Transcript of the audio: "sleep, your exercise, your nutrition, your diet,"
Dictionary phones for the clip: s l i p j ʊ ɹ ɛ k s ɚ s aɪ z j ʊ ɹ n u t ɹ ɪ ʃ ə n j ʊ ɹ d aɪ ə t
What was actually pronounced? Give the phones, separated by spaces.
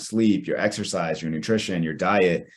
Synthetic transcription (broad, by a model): s l i p j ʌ ɹ ɛ k s ɚ s aɪ z j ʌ ɹ n u t ɹ ɪ ʃ ə n j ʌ ɹ d aɪ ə t